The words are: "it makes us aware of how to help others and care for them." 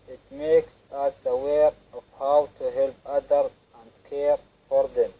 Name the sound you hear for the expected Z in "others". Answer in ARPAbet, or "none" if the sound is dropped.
none